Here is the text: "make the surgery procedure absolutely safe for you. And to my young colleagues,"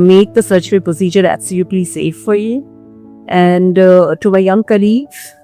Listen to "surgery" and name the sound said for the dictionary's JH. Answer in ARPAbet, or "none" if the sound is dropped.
CH